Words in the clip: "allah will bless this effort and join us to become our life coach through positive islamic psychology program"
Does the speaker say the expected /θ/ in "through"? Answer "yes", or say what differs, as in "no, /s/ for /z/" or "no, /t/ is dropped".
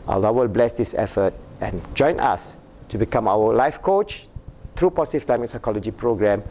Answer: no, /t/ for /θ/